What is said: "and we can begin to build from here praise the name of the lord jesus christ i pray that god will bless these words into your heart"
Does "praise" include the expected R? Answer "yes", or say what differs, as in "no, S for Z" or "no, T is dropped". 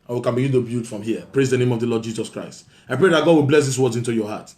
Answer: yes